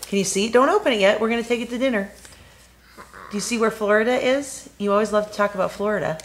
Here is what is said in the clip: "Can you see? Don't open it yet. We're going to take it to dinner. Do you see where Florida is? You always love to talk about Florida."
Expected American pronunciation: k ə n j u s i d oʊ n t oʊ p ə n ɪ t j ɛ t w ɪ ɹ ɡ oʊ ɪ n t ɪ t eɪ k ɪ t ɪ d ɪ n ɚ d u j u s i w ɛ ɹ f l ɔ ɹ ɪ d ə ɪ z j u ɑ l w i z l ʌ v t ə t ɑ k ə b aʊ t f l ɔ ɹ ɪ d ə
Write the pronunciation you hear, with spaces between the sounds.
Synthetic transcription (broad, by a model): k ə n j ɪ s i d oʊ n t oʊ p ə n ɪ t j ɛ t w ɪ ɹ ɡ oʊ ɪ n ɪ t eɪ k ɪ t ɪ d ɪ n ɚ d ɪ j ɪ s i w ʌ ɹ f l ɔ ɹ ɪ d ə ɪ z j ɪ ɑ l w i z l ʌ v t ə t ɑ k ə b aʊ t f l ɔ ɹ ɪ d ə